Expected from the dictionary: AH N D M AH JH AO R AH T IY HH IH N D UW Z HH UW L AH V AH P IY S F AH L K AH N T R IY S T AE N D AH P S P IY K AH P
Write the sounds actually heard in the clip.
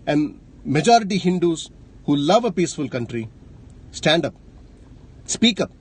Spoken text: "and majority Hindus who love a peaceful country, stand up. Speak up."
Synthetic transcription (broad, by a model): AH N D M AH JH AO R AH T IY HH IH N D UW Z HH UW L AH V AH P IY S F AH L K AH N T R IY S T AE N D AH P S P IY K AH P